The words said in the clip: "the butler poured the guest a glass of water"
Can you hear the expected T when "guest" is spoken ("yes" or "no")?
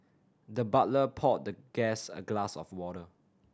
no